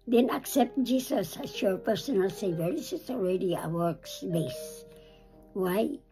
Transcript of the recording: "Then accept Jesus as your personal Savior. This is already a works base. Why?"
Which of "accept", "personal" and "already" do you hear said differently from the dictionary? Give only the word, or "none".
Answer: none